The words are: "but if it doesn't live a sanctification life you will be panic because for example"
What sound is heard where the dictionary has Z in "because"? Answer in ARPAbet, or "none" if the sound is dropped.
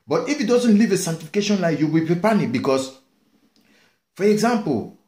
S